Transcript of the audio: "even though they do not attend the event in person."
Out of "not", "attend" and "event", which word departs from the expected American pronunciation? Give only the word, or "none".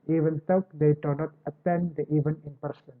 event